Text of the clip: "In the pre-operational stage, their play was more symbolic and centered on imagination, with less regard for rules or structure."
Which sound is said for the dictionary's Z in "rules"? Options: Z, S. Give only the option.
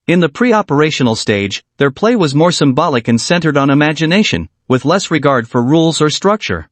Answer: Z